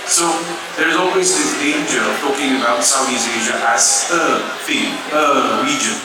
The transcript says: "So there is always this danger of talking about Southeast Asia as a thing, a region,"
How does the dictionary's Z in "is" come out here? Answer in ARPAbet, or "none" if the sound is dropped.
Z